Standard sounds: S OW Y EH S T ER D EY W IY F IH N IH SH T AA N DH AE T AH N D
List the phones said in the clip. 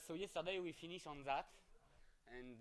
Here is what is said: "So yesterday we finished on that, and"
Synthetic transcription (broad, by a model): S OW Y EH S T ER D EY W IY F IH N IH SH AA N DH AE T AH N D